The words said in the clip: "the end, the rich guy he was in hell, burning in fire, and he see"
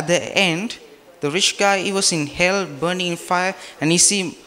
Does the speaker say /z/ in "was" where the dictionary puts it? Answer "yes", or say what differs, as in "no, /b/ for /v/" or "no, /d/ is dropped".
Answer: no, /s/ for /z/